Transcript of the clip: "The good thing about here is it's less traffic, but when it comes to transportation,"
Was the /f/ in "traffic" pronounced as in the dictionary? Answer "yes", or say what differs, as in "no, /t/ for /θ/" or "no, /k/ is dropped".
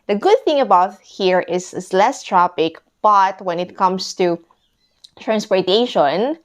no, /p/ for /f/